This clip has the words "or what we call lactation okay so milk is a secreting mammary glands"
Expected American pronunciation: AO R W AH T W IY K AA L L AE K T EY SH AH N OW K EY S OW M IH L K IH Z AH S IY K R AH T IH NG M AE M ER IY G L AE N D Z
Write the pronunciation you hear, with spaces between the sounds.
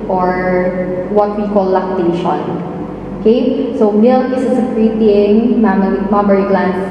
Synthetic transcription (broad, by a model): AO R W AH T W IY K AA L L AE K T EY SH AH N OW K EY S OW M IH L IH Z AH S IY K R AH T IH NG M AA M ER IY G L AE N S